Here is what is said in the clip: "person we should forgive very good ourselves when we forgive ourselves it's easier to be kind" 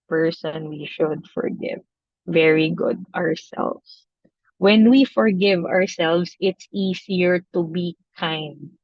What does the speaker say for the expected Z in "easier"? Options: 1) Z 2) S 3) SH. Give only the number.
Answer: 2